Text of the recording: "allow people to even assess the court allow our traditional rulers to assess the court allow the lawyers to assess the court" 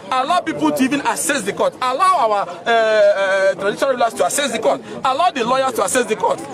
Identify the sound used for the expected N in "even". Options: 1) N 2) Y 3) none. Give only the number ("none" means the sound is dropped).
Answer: 1